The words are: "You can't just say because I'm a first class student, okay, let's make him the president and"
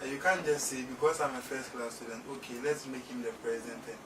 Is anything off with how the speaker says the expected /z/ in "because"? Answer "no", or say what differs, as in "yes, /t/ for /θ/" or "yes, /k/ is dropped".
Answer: yes, /s/ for /z/